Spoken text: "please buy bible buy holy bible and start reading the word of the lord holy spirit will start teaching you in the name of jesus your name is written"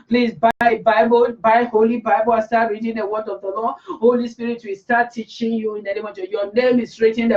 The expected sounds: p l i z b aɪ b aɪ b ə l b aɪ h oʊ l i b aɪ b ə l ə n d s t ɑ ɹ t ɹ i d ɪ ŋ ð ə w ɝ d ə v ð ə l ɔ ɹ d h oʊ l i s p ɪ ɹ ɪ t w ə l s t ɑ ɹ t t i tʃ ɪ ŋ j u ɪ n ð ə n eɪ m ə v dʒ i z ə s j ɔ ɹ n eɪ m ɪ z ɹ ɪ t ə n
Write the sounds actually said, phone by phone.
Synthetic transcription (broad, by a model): p l i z b aɪ b aɪ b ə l b aɪ h oʊ l i b aɪ b ə l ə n s t ɑ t ɹ i d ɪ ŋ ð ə w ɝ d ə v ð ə l ɔ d h oʊ l i s p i ɹ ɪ t w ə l s t ɑ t t i tʃ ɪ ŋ j u ɪ n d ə n eɪ m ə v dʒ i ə j ɔ n eɪ m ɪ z ɹ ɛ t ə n